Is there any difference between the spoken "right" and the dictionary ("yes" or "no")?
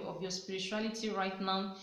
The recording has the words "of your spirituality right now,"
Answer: no